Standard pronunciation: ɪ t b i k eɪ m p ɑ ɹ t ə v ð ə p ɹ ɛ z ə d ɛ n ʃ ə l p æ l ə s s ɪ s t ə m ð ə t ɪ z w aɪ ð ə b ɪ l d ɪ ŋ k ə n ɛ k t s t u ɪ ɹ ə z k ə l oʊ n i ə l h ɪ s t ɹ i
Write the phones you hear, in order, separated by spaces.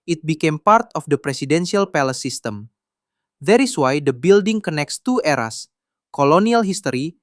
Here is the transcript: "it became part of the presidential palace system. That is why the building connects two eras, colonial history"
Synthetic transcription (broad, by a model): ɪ t b i k eɪ m p ɑ ɹ t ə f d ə p ɹ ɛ s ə d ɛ n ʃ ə l p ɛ l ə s s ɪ s t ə m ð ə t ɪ s w aɪ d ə b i l d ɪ ŋ k ə n ɛ k t s t u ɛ ɹ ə s k ə l oʊ n i ə l h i s t ɹ i